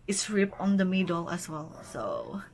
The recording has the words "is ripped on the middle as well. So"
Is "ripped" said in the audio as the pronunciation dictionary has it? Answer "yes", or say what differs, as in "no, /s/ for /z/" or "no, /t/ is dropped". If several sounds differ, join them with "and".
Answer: no, /t/ is dropped